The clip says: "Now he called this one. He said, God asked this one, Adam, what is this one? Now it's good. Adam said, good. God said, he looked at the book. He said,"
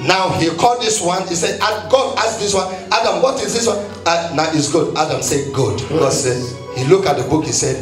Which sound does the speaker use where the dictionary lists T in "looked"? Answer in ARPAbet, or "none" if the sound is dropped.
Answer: none